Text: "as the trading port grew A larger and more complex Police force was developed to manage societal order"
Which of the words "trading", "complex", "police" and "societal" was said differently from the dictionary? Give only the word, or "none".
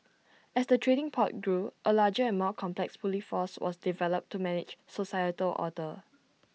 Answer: police